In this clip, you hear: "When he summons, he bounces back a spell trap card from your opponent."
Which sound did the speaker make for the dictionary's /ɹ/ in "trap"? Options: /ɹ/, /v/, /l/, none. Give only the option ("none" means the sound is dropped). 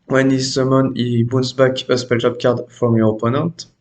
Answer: none